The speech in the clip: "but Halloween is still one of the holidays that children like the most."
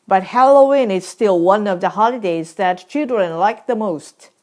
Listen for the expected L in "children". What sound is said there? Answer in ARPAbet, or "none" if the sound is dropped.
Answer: L